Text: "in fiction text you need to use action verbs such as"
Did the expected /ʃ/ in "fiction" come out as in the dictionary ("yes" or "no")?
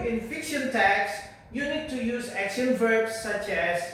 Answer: yes